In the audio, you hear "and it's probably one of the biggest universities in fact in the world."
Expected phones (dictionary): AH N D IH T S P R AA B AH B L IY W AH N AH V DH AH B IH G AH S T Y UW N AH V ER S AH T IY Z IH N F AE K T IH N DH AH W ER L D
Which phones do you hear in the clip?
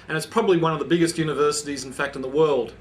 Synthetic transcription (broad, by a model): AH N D IH T S P R AA B AH B L IY W AH N AH V DH AH B IH G AH S T Y UW N AH V ER S AH T IY Z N F AE K T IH N DH AH W ER L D